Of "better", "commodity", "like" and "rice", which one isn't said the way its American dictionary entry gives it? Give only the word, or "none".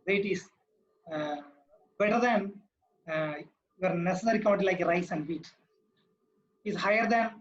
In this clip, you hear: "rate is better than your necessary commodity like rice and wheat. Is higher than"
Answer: commodity